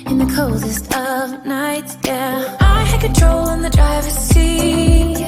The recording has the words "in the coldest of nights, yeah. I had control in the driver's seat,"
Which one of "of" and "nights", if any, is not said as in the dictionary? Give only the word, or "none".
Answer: none